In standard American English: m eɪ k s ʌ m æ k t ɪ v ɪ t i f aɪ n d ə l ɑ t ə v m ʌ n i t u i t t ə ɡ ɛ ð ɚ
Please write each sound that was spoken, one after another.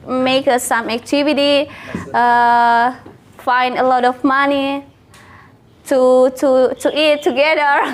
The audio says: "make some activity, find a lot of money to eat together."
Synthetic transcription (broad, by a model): m eɪ k s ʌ m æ k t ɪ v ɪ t i f aɪ n d ə l ɑ t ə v m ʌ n i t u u t t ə ɡ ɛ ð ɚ